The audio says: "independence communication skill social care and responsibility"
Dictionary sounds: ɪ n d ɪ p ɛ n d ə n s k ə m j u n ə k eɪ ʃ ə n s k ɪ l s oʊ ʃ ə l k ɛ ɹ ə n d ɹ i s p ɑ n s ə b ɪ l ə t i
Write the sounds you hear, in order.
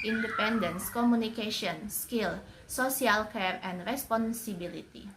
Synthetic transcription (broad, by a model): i n d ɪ p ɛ n d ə n s k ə m u n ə k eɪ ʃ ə n s k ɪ l s oʊ s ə l k ɛ ɹ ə n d ɹ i s p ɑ n s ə b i l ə t i